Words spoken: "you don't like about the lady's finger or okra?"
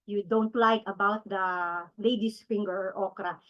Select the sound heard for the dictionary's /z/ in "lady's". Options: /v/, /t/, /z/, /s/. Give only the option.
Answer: /s/